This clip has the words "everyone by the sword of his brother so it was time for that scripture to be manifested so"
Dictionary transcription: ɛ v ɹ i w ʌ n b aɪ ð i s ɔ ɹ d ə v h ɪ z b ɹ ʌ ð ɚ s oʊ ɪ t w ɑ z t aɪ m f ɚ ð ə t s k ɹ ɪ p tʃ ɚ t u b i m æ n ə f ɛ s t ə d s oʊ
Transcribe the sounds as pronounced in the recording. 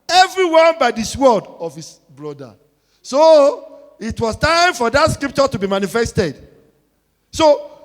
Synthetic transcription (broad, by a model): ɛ v ɹ i w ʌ n b aɪ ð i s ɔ l d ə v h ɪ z b ɹ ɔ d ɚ s oʊ ɪ t w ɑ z t aɪ m f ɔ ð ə t s k ɹ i p tʃ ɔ t u b i m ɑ n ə f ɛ s t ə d s oʊ